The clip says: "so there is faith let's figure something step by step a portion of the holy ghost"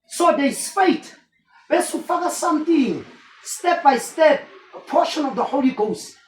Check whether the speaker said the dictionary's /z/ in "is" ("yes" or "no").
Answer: no